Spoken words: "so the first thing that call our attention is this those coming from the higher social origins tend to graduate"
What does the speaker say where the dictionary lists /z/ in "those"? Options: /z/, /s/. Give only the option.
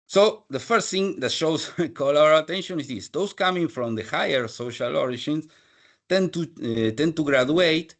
/s/